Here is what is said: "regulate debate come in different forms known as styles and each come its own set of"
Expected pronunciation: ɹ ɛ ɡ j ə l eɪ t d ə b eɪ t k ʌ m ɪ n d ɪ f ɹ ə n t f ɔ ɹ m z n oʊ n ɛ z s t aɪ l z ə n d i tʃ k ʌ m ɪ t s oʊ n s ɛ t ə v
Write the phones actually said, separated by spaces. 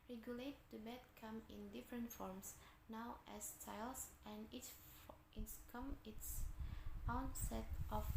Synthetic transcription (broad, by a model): ɹ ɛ ɡ j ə l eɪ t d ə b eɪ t k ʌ m ɪ n d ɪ f ɹ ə n t f ɔ ɹ m s n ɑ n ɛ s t aɪ l s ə n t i s k ʌ m ɪ t s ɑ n s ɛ t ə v